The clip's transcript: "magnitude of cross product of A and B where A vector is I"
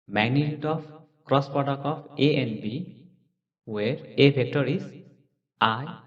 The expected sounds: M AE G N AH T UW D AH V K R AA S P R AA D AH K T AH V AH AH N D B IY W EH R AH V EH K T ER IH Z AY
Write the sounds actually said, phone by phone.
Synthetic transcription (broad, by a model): M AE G N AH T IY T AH P K R AA S P R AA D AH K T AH P AH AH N B IY W EH R AH B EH K T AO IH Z AY